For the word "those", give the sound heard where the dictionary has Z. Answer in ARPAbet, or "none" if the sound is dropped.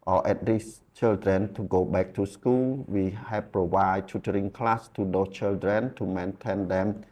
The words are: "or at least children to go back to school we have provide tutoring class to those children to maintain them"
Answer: none